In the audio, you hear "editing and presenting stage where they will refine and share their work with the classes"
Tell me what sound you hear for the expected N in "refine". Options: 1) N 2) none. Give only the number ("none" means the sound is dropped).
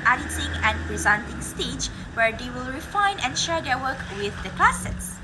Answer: 1